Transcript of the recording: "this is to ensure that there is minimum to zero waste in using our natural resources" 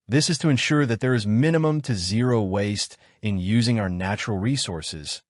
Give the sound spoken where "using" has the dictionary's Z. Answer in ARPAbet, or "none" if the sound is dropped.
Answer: Z